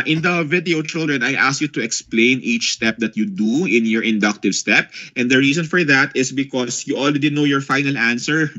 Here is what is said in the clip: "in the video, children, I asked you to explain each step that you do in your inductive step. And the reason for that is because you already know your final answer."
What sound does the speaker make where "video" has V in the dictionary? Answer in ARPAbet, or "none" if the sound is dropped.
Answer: V